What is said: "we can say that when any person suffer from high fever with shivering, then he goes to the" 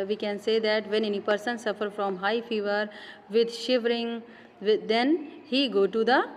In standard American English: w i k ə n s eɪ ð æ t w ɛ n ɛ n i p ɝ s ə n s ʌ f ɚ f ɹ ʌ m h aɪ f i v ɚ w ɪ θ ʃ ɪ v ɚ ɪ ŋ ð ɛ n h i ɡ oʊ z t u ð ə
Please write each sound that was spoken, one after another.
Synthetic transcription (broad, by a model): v i k ə n s eɪ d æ t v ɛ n ɛ n i p ɝ s ə n s ʌ f ɚ f ɹ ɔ m h aɪ f i v ɚ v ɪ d ʃ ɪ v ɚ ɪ ŋ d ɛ n h i ɡ oʊ t u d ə